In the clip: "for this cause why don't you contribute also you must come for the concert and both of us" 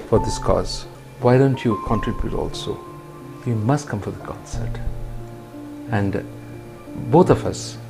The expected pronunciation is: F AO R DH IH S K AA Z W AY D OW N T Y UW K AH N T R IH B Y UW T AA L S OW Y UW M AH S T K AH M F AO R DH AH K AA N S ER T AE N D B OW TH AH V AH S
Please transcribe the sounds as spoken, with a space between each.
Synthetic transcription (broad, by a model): F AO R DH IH S K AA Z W AY D OW N T Y UW K AH N T R IH B Y UW T AA L S OW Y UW M AH S T K AH M F AO R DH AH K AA S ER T AE N D B OW T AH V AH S